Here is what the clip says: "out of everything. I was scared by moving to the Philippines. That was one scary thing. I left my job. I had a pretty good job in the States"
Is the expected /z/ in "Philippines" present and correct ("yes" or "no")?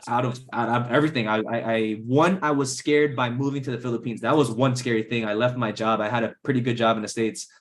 yes